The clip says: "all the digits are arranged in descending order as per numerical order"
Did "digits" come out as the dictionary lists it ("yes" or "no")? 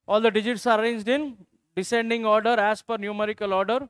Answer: yes